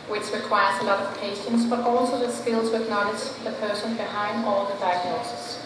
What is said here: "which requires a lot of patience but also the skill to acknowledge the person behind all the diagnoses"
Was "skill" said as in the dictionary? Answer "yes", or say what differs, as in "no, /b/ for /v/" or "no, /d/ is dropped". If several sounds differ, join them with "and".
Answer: yes